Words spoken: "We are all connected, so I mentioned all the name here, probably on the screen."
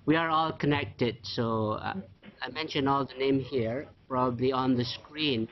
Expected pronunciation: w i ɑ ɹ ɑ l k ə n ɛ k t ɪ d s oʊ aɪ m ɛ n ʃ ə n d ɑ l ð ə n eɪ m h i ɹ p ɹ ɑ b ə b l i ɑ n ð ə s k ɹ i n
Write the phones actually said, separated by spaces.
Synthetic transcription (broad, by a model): w i ɑ ɹ ɑ l k ə n ɛ k t ɪ d s oʊ aɪ m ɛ n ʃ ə n ɑ l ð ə n eɪ m h i ɹ p ɹ ɑ b ə b l i ɑ n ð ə s k ɹ i n